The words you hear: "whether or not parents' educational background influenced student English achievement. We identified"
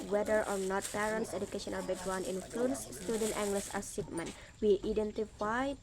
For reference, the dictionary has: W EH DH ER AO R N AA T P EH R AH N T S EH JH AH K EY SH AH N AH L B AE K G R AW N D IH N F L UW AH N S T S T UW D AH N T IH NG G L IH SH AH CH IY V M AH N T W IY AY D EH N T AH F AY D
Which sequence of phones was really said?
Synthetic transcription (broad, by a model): W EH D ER AO R N AA T P EH R AH N T S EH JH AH K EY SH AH N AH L B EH G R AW N IH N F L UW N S S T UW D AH N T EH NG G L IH S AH S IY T M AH N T W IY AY D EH N T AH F AY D